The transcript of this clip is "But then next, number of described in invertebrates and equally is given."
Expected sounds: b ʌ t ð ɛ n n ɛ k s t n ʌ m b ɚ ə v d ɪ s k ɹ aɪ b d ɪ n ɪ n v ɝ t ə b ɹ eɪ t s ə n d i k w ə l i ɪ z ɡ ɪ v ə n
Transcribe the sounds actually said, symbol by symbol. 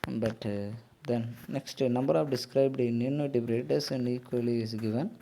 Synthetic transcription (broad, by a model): b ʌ t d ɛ n n ɛ k s t n ʌ m b ɚ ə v d ɪ s k ɹ aɪ b d ɪ n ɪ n ɝ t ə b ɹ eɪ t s ə n d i k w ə l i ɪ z ɡ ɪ v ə n